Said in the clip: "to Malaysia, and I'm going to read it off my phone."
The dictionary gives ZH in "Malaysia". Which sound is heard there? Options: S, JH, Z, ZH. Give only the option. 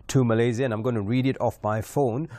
Z